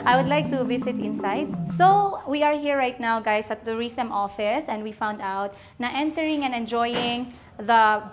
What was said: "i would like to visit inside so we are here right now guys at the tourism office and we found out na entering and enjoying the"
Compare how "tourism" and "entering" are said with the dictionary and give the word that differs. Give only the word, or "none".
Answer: tourism